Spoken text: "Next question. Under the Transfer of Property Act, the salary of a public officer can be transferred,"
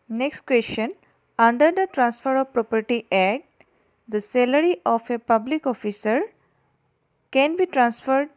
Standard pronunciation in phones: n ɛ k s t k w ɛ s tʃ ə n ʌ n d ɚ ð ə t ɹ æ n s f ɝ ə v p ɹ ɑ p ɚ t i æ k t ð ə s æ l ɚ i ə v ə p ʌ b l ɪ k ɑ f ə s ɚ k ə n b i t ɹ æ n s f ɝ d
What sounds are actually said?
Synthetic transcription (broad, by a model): n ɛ k s t k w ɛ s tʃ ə n ʌ n d ɚ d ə t ɹ æ n s f ɝ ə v p ɹ ɑ p ɚ t i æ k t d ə s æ l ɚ i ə f ə p ʌ b l ɪ k ɑ f ə s ɚ k ə n b i t ɹ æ n s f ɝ d